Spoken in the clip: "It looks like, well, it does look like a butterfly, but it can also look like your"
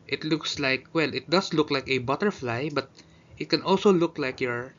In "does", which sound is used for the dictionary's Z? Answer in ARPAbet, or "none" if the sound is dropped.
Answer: S